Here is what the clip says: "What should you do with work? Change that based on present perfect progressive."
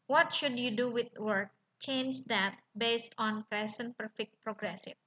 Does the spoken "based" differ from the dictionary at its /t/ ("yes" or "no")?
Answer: no